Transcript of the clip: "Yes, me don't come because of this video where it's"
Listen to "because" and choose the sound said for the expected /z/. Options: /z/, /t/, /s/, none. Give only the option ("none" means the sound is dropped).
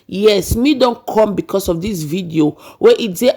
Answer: /s/